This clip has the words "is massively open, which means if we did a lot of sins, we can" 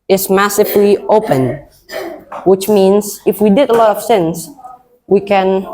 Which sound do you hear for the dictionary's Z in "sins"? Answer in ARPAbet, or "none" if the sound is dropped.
S